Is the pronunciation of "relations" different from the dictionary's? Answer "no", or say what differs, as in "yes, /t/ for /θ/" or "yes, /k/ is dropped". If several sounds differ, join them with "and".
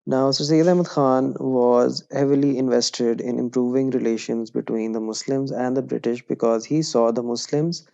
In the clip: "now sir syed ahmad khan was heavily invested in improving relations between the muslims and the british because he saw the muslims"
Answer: no